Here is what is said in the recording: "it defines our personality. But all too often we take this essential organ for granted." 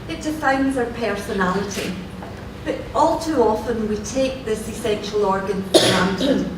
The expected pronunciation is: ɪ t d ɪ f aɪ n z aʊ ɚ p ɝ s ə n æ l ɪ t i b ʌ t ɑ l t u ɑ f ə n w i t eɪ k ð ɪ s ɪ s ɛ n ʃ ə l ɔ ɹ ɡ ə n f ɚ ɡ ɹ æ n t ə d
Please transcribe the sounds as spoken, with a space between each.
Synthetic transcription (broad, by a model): ɪ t d ɪ f aɪ n z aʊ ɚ p ɝ s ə n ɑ l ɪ t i b ʌ t ɑ l t u ɑ f ə n w i t eɪ k ð ɪ s ɪ s ɛ n ʃ ə l ɔ ɹ ɡ ə n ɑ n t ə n